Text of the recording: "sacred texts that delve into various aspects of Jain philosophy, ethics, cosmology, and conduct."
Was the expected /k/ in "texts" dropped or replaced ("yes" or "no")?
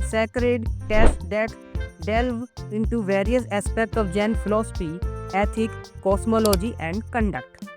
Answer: yes